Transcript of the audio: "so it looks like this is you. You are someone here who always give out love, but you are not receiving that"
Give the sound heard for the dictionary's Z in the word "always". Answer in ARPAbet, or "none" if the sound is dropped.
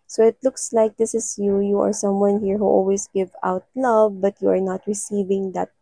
S